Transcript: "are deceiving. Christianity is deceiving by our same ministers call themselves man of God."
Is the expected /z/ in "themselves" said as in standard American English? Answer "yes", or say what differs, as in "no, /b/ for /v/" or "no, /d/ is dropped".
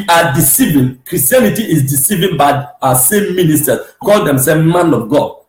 no, /z/ is dropped